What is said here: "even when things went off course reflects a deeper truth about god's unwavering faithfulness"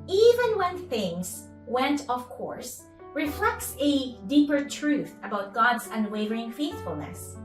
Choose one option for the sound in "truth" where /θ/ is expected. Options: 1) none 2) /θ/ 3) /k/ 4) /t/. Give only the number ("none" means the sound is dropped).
2